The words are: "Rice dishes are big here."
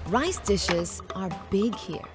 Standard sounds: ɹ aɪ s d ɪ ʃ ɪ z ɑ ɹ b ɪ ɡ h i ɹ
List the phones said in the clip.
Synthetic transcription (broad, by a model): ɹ aɪ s d ɪ ʃ ɪ z ɑ ɹ b ɪ ɡ h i ɹ